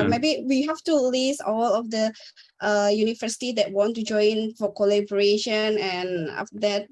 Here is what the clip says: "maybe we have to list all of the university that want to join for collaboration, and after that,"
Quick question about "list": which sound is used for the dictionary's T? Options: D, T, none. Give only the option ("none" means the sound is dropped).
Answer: none